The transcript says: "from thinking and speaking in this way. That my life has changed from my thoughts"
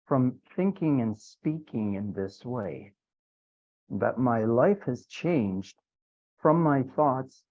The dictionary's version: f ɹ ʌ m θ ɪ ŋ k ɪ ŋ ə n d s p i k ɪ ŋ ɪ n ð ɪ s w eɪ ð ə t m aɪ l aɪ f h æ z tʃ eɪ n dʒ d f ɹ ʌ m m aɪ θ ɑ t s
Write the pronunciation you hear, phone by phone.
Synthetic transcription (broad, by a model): f ɹ ʌ m θ ɪ ŋ k ɪ ŋ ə n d s p i k ɪ ŋ ɪ n ð ɪ s w eɪ ð ə t m aɪ l aɪ f h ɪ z tʃ eɪ n dʒ d f ɹ ʌ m m aɪ θ ɑ t s